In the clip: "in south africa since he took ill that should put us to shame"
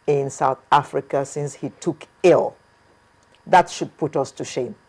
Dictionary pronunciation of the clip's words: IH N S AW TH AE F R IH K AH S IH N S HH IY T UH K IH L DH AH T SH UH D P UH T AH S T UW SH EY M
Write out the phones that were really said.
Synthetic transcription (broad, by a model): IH N S AW TH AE F R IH K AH S IH N S HH IY T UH K IH L DH AH T SH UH D P UH T AH S T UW SH EY M